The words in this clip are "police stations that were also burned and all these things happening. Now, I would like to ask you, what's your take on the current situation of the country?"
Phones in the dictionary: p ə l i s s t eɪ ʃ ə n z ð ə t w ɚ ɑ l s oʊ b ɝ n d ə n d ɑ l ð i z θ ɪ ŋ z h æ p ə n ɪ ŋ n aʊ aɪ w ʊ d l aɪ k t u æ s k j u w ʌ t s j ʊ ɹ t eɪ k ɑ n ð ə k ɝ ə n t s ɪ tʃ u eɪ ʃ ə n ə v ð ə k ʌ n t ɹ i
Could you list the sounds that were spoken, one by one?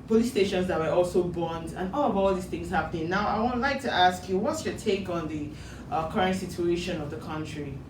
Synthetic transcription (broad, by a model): p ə l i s s t eɪ ʃ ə n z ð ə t w ɚ ɑ l s oʊ b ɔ n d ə n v ɑ l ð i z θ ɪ ŋ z h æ p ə n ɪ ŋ n aʊ aɪ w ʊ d l aɪ k t u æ s k j u w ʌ t s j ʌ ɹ t eɪ k ɑ n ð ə k ɝ ə n t s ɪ tʃ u eɪ ʃ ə n ə v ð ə k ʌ n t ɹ i